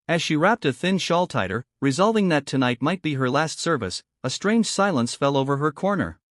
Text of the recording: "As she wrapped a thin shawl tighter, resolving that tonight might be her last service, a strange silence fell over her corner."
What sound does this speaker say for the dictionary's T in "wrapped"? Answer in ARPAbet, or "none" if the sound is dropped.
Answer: T